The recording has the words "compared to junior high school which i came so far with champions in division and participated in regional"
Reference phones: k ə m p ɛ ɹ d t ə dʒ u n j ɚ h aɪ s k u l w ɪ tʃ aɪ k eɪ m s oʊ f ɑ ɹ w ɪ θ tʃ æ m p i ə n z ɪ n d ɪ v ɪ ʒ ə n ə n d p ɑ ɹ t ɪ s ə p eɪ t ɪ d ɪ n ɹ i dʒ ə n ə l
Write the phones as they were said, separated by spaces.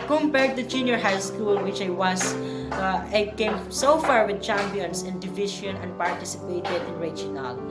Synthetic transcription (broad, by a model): k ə m p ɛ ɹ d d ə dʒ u n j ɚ h aɪ s k u l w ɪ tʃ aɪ k eɪ m s oʊ f ɑ ɹ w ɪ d tʃ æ m p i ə n s ɪ n d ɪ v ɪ ʃ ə n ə n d p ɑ ɹ t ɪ s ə p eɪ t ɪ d ɪ n ɹ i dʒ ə n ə l